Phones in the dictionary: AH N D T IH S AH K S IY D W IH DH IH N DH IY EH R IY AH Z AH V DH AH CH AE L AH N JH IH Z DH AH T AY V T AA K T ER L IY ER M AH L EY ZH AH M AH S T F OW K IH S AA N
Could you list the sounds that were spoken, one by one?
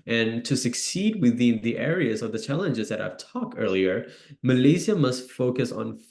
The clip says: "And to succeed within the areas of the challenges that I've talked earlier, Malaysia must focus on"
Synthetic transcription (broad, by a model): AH N T IH S AH K S IY D W IH DH IH N DH IY EH R IY AH Z AH V DH AH CH AE L AH N JH IH Z DH AH T AY V T AA K T ER L IY ER M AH L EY Z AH M AH S T F OW K IH S N